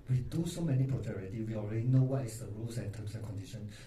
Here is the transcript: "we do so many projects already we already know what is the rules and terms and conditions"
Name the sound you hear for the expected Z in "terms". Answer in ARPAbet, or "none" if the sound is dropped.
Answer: S